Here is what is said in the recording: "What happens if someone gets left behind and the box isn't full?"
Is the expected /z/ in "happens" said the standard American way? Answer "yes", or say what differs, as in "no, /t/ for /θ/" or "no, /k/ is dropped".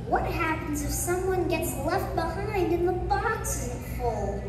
yes